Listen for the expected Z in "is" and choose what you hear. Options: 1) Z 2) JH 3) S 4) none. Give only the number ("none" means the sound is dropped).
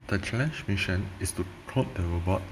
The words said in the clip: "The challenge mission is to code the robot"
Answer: 3